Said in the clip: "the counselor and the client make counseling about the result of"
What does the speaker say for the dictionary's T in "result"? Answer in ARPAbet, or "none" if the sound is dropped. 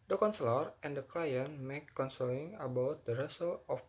none